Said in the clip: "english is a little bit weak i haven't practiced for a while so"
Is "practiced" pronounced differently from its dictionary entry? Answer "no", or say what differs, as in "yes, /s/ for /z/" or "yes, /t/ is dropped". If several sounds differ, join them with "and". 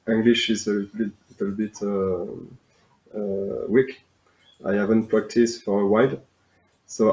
no